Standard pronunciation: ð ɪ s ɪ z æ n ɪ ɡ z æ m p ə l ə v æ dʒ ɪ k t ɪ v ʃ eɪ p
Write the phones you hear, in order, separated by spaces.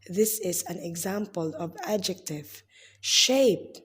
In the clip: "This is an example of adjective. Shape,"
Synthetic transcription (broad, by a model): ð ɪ s ɪ z æ n ɪ ɡ z æ m p ə l ə v æ dʒ ɪ k t ɪ v ʃ eɪ p